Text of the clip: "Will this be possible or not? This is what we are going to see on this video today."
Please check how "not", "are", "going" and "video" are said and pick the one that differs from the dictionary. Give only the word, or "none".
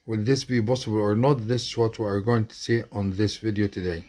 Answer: none